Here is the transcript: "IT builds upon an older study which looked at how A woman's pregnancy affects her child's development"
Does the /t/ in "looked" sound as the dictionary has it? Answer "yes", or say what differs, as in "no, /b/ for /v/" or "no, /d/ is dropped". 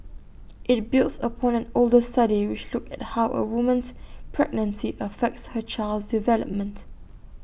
no, /t/ is dropped